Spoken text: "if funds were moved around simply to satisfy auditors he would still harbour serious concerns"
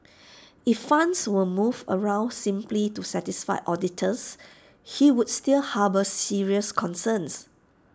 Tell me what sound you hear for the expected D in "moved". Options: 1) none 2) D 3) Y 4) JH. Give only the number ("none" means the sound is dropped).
1